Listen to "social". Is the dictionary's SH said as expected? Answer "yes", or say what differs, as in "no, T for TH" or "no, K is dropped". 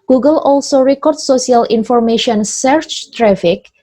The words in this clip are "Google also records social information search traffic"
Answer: no, S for SH